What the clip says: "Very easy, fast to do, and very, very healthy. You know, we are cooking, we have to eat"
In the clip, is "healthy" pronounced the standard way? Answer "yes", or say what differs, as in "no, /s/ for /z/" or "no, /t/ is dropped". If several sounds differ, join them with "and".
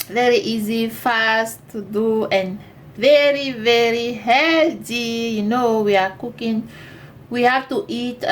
no, /t/ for /θ/